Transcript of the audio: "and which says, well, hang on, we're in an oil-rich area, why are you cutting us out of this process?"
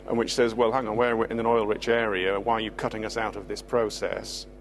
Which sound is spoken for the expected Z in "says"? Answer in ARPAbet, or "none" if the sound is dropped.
Z